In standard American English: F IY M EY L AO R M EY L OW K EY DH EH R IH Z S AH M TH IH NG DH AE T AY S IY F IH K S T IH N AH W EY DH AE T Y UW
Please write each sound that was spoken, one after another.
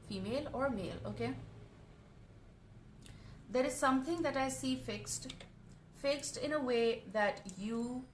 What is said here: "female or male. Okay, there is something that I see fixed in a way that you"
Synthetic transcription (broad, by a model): F IY M EY L AO R M EY L OW K EY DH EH R IH Z S AH M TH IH NG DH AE T AY S IY F IH K S T IH N AH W EY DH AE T Y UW